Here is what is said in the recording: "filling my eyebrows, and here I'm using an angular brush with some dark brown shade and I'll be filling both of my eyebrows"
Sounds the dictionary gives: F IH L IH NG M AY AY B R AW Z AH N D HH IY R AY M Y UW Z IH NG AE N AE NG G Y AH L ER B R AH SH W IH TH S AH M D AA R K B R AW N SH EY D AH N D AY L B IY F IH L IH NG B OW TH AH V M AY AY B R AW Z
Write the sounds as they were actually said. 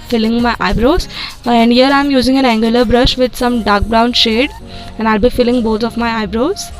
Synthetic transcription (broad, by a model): F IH L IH NG M AY AY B R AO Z AH N D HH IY R AY M Y UW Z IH NG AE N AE NG G Y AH L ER B R AH SH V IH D S AH M D AA R K B R AW N SH EY D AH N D AY L B IY F IH L IH NG B OW T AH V M AY AY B R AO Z